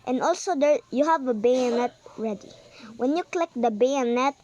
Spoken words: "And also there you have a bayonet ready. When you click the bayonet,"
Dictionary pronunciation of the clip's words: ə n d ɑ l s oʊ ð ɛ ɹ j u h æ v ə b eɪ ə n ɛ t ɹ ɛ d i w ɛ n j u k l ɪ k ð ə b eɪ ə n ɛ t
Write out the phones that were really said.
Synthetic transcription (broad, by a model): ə n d ɑ l s oʊ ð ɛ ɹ j u h æ v ə b eɪ ə n ɛ t ɹ ɛ d i w ɛ n j u k l ɪ k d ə b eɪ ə n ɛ t